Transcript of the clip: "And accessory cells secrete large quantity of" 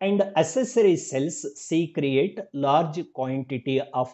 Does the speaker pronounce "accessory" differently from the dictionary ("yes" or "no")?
yes